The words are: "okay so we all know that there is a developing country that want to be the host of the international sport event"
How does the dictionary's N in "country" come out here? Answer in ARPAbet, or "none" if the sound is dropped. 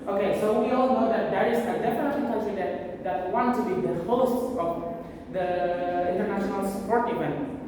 none